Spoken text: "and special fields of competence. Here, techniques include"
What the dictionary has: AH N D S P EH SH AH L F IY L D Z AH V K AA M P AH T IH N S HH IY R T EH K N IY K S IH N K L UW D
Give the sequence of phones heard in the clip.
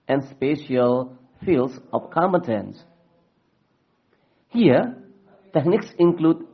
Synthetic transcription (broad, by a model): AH N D S P EH SH AH L F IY L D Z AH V K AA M AH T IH N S HH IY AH T EH K N IY K S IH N K L UW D